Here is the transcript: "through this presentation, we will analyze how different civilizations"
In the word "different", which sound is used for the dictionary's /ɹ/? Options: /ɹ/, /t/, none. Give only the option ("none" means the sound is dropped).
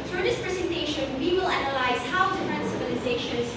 none